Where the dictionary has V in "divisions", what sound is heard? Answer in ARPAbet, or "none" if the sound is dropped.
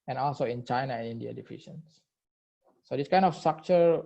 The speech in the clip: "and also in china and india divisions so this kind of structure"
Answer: F